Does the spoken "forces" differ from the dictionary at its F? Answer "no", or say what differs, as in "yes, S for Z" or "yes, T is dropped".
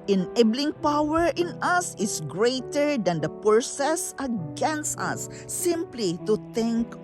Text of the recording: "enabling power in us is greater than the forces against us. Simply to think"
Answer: yes, P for F